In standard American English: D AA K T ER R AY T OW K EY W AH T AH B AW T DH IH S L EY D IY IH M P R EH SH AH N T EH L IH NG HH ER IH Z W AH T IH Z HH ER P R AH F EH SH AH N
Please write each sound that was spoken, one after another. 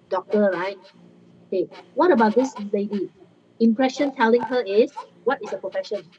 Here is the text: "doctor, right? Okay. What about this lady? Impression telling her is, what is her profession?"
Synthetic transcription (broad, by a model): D AA K T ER R AY T OW K EY W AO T AH B AW T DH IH S L EY D IY IH M P R EH SH AH N T EH L IH NG HH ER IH S W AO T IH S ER P R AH F EH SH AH N